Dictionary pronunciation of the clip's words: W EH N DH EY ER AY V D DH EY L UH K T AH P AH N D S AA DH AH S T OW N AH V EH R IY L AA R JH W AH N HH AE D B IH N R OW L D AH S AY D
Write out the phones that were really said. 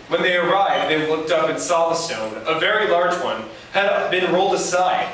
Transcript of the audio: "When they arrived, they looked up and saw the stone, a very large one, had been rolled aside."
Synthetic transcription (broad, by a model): W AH N DH EY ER AY V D DH EY L UH K T AH P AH N S AA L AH S T OW N AH V EH R IY L AA R JH W AH N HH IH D B IH N R OW L D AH S AY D